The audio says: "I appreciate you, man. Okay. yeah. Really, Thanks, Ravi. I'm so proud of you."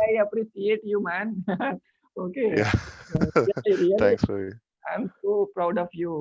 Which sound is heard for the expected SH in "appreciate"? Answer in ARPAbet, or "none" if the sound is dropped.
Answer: S